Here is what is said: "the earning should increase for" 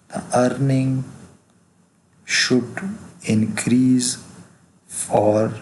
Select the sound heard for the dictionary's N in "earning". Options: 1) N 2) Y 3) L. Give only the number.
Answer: 1